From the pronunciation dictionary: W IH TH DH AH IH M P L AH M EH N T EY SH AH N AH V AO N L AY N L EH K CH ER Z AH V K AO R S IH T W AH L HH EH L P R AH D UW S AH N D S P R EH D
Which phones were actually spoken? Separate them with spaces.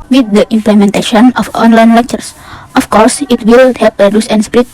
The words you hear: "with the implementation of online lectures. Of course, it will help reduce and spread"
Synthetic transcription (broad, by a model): W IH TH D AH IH M P L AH M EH N T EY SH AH N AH F AO N L AY N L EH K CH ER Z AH F K AO R S IH T W AH L HH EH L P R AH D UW S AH N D S P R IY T